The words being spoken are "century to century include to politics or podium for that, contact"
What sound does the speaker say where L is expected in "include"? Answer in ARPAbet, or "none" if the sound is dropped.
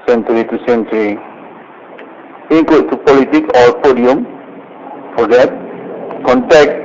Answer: none